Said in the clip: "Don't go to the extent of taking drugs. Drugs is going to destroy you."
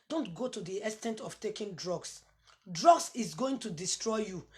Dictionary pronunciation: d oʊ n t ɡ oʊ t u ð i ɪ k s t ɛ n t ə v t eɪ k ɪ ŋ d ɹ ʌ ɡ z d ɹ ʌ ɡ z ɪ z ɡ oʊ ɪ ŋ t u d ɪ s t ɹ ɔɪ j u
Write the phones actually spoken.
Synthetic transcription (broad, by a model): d oʊ n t ɡ oʊ t u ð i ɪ s t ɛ n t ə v t eɪ k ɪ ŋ d ɹ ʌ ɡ s d ɹ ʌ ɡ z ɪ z ɡ oʊ ɪ ŋ t u d ɪ s t ɹ ɔɪ j u